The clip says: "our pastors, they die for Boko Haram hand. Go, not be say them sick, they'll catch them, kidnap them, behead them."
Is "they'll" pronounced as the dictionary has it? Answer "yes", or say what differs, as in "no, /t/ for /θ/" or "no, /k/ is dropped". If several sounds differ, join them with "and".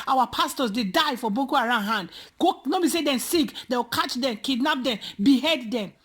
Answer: no, /w/ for /l/